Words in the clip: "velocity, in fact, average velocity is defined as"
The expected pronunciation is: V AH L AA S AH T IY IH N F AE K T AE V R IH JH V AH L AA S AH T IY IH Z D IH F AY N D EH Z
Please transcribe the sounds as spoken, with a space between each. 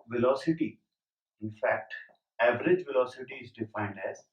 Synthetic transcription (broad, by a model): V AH L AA S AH T IY IH N F AE K T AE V R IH JH V AH L AA S AH T IY IH Z D IH F AY N D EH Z